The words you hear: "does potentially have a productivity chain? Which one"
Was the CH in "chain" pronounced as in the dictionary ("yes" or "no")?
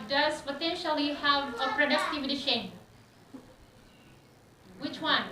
no